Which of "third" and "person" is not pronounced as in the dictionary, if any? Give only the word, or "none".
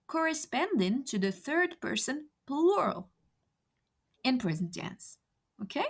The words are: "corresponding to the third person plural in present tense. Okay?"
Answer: none